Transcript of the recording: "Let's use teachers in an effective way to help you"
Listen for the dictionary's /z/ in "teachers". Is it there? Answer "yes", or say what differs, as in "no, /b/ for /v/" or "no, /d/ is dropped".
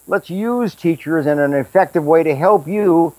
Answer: yes